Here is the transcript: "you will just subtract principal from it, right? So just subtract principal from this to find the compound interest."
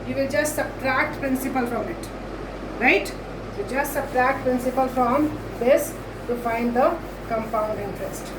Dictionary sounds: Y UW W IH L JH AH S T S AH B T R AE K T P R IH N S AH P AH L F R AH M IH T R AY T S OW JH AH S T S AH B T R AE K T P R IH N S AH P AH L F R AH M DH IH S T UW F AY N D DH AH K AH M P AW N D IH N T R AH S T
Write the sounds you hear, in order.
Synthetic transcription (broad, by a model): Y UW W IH L JH AH S T S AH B T R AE K T P R IH N S AH P AH L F R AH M IH T R AY T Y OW JH AH S T S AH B T R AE K T P R IH N S AH P AH L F R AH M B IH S T UW F AY N D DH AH K AH M P AW N D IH N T R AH S T